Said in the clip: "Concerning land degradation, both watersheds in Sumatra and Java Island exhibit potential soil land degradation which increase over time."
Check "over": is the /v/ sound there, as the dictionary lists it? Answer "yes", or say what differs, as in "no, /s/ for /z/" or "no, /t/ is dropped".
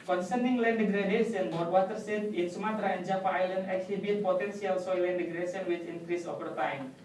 no, /p/ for /v/